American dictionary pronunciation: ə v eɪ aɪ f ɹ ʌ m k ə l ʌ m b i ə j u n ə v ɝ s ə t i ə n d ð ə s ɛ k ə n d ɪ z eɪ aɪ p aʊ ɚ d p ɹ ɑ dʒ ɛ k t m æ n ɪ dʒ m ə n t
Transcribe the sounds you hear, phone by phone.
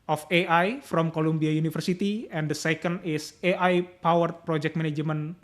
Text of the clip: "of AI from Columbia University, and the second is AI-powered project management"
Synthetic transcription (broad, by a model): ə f eɪ aɪ f ɹ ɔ m k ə l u m b i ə j u n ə f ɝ s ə t i ə n d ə s ɛ k ə n d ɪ s eɪ aɪ p aʊ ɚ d p ɹ ɑ dʒ ɛ k t m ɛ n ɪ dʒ m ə n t